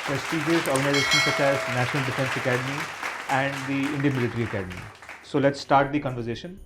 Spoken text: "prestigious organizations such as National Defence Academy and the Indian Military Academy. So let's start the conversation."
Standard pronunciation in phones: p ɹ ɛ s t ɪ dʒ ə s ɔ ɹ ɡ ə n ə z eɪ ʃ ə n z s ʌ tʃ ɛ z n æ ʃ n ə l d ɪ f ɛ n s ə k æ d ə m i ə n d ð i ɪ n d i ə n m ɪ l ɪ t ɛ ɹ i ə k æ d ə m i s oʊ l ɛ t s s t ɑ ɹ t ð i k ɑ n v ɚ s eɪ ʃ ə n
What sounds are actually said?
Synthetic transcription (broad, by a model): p ɹ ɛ s t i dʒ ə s ɔ ɹ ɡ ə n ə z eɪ ʃ ə n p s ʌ s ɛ s n æ ʃ n ə l d ɪ f ɛ n s ə k æ d ə m i ə n d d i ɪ n d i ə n m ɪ l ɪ t ɹ i ə k æ d ə m i s oʊ l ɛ t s s t ɑ ɹ t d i k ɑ n v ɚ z eɪ ʃ ə n